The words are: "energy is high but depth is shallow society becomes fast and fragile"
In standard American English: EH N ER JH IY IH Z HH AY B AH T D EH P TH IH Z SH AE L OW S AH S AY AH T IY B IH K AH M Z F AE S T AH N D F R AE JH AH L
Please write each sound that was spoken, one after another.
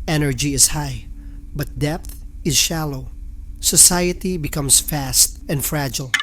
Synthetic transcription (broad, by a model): EH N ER JH IY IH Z HH AY B AH T D EH P TH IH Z SH AE L OW S AH S AY AH T IY B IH K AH M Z F AE S T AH N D F R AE JH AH L